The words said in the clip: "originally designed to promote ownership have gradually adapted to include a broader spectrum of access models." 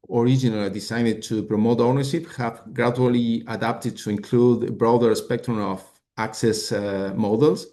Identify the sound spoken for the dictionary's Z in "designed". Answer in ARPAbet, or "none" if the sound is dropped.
S